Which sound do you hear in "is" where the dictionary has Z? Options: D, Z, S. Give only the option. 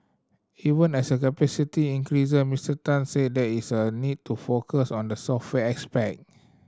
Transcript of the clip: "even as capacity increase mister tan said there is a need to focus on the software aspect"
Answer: S